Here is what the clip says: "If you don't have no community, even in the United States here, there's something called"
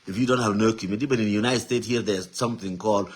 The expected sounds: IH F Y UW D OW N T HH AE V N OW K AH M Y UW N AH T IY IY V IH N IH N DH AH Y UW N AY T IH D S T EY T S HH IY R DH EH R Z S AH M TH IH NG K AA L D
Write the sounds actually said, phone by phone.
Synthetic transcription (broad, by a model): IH F Y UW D OW N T HH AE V N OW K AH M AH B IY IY B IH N IH N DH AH Y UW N AY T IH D S T EY T S HH IY R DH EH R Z S AH M TH IH NG K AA L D